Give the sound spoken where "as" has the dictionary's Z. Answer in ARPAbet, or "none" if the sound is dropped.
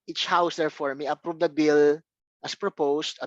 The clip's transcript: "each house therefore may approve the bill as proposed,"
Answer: S